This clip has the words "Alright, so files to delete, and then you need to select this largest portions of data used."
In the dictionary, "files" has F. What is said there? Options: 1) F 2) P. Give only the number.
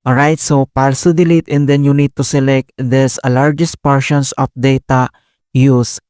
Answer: 2